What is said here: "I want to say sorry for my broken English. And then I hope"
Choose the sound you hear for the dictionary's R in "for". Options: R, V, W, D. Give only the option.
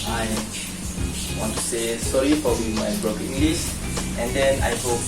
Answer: W